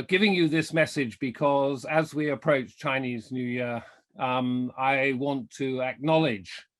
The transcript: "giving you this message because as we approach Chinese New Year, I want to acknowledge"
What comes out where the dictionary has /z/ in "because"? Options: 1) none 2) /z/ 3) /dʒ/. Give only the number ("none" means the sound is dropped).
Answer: 2